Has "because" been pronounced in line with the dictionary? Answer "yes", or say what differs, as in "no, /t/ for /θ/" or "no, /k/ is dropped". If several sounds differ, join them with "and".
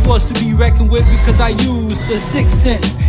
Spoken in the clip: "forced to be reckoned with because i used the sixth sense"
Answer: yes